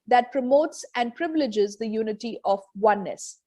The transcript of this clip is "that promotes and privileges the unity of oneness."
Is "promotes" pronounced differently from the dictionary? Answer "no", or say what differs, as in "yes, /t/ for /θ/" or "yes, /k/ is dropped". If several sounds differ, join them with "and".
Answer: no